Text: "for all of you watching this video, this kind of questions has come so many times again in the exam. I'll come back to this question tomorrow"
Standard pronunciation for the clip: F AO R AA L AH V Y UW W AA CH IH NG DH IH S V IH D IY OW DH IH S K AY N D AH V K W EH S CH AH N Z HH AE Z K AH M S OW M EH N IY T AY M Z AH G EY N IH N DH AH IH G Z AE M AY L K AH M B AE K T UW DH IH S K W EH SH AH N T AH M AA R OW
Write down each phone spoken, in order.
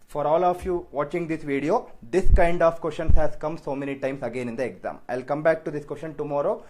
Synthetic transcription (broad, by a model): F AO R AA L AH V Y UW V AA CH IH NG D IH S V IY D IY OW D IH S K AY N D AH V K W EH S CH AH N S HH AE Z K AH M S OW M EH N IY T AY M S AH G EY N IH N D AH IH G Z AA M AY L K AH M B AE K T UW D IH S K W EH S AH N T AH M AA R OW